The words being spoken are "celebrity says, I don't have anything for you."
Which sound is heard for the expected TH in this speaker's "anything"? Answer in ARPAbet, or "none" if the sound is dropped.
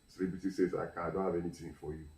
T